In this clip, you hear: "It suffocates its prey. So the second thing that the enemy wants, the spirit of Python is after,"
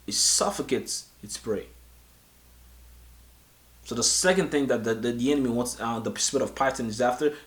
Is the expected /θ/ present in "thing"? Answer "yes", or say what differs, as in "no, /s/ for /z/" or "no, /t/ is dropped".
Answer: yes